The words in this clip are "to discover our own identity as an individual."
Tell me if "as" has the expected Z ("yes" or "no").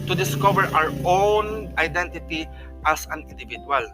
no